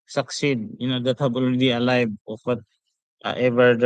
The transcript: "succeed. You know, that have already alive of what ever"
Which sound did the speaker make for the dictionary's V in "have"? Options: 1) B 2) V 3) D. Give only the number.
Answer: 1